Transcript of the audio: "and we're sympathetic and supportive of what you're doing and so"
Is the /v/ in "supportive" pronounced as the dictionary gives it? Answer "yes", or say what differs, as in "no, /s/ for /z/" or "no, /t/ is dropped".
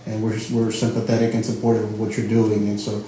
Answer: no, /w/ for /v/